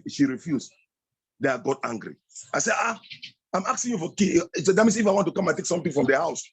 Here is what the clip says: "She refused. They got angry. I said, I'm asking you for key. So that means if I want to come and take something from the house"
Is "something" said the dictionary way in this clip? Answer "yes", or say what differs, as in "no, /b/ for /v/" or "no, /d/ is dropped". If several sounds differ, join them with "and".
no, /t/ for /θ/